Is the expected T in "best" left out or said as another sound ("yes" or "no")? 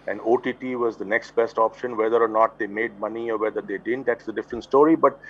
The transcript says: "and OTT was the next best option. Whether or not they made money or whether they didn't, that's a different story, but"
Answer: no